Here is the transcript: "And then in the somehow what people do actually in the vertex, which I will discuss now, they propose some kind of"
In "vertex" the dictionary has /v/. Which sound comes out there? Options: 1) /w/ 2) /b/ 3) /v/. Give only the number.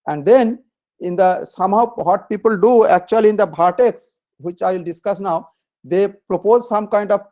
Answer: 2